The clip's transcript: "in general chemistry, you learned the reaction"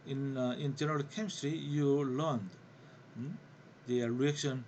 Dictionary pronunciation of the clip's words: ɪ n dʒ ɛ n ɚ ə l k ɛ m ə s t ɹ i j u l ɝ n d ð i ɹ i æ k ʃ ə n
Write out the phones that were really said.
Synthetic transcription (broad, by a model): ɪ n dʒ ɛ n ɚ ə l k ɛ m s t ɹ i j u l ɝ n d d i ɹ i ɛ k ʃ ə n